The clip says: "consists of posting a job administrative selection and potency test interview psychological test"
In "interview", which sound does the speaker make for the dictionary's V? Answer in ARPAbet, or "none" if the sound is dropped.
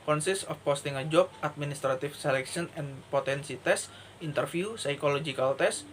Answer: F